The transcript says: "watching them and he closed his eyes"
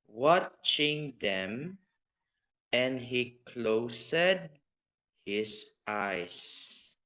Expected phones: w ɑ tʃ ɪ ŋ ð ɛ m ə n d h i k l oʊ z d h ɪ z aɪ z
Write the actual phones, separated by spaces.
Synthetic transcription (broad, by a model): w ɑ tʃ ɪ ŋ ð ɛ m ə n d h i k l oʊ s d h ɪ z aɪ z